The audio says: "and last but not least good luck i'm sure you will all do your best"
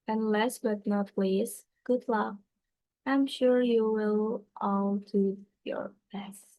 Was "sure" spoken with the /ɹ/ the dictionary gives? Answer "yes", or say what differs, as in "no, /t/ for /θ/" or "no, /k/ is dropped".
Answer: yes